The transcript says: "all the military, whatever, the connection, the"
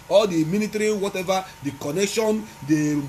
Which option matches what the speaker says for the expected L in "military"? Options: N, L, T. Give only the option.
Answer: N